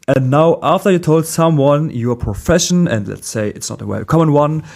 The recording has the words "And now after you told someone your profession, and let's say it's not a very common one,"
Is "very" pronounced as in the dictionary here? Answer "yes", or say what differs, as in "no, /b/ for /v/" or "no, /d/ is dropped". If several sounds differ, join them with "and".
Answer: no, /w/ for /v/ and /ɹ/ is dropped